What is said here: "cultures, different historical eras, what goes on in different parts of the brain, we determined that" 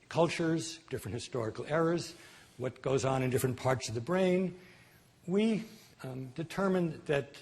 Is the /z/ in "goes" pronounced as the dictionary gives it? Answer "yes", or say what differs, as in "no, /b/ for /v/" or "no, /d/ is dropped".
yes